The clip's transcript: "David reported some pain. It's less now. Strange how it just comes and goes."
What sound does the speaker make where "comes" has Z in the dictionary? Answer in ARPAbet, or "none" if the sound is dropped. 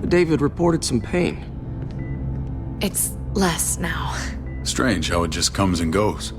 Z